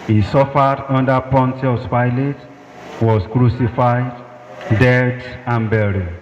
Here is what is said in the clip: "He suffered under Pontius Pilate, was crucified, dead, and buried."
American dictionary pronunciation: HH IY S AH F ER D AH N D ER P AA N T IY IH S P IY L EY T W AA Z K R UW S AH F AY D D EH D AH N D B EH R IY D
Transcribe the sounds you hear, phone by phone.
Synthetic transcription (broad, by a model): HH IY S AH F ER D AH N D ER P AA N T IY IH S P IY L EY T W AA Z K R UW S AH F AY D D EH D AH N B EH R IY